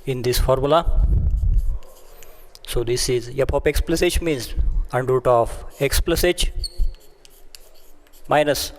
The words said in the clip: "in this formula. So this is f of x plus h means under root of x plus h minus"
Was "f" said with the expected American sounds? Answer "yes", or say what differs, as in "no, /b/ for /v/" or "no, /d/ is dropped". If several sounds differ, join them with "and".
no, /p/ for /f/